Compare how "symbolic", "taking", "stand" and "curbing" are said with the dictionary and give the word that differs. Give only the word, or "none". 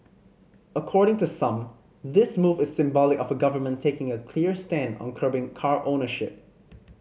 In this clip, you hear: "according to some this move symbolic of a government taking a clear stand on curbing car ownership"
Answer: none